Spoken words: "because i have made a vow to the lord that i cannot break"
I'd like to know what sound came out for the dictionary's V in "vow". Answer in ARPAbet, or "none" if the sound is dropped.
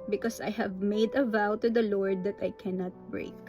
V